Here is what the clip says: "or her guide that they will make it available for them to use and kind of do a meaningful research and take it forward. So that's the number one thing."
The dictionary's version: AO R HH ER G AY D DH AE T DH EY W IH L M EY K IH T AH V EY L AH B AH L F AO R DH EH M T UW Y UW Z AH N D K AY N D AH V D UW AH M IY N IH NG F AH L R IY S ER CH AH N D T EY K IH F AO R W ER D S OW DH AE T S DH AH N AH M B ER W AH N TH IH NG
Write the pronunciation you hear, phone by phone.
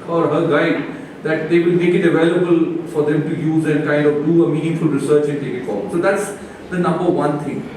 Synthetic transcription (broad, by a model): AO R HH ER G AY D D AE T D EY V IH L M EY K IH T AH V EY L AH B AH L F AO R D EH M T UW Y UW Z AH N D K AY N D AH V D UW AH M IY N IH NG F AH L R IY S ER CH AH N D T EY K IH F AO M S OW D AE T S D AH N AH M B ER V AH N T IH NG